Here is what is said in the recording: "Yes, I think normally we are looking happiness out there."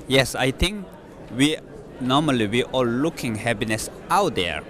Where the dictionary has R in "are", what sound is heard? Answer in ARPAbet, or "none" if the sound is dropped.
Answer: L